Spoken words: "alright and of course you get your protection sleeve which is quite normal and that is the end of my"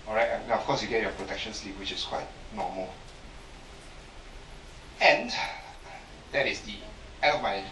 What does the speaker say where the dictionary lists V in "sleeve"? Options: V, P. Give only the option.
P